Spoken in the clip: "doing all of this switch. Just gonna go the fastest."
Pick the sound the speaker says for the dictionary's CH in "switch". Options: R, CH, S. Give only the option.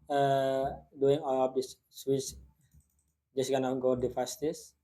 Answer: S